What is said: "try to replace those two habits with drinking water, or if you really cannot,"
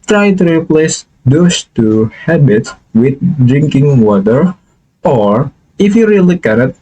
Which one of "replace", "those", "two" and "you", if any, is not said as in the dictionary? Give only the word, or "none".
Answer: those